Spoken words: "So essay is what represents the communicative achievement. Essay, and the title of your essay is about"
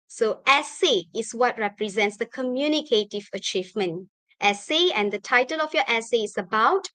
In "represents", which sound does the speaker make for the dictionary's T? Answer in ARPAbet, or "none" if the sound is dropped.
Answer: T